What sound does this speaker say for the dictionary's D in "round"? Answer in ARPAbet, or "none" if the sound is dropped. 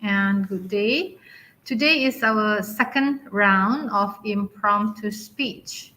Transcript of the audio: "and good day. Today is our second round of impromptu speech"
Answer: D